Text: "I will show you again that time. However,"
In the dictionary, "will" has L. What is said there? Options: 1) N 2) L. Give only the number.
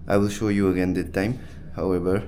2